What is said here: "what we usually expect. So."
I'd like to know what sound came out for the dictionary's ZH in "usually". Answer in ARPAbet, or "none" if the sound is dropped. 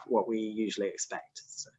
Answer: ZH